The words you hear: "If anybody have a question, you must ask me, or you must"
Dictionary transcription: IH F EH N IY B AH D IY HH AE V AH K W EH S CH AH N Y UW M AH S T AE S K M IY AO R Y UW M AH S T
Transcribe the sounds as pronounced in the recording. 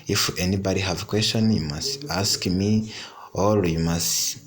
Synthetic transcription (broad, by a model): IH F EH N IY B AH D IY HH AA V AH K W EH S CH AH N Y UW M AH S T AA S K M IY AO L Y UW M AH S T